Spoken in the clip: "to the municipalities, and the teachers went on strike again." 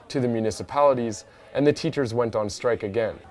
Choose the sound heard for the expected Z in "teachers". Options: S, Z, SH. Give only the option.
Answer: Z